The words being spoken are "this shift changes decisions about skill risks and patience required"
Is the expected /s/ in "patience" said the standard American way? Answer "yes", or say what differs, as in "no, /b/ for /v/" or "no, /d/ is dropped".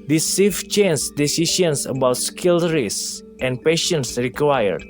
yes